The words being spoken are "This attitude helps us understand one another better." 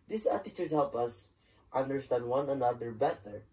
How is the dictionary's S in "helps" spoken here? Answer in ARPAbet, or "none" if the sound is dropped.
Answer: none